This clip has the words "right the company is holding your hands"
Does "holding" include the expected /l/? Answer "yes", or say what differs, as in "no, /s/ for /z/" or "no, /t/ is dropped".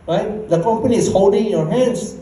yes